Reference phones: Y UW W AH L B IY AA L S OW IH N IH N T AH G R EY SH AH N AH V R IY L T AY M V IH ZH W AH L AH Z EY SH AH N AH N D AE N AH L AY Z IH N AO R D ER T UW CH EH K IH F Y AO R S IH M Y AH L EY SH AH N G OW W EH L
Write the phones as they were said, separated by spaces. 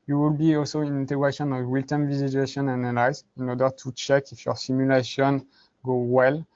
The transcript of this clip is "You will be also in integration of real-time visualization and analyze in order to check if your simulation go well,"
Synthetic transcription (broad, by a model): Y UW W AH L B IY AA L S OW IH N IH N T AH G R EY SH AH N AH V W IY L T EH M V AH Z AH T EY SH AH N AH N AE N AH L AY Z IH N AO R D ER T UW CH EH K IH F Y AO R S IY M Y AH L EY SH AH N G OW W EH L